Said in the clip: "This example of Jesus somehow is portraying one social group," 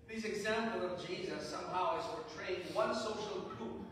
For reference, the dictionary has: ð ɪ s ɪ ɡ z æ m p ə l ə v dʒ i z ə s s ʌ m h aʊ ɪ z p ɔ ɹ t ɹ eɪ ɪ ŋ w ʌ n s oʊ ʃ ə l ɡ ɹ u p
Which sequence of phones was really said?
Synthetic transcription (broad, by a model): ð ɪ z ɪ ɡ z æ m p l ə v dʒ i z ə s s ʌ m h aʊ ɪ z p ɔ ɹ t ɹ eɪ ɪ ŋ w ʌ n s oʊ ʃ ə l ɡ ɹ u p